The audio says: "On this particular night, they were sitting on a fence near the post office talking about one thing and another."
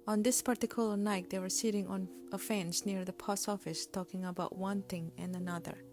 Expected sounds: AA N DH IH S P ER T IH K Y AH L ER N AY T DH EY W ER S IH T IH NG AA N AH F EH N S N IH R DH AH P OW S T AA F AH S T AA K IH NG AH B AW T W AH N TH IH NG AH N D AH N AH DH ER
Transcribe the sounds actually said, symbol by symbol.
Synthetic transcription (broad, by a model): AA N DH IH S P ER T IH K Y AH L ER N AY T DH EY W ER S IH T IH NG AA N AH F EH N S N IH R DH AH P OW S AA F AH S T AA K IH NG AH B AW T W AH N TH IH NG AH N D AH N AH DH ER